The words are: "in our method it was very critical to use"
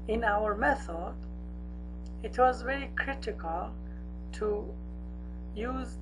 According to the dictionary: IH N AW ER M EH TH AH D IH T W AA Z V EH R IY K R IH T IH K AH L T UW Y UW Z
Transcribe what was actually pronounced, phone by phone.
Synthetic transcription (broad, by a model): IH N AW ER M EH TH AH D IH T W AA Z V EH R IY K R IH T IH K AH L T UW Y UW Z